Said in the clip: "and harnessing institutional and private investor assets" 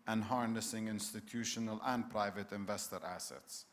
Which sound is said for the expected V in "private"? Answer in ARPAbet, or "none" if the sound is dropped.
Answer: V